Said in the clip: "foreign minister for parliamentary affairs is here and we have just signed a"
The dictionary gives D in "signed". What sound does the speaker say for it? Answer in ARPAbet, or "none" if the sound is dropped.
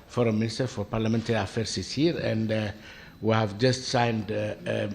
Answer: D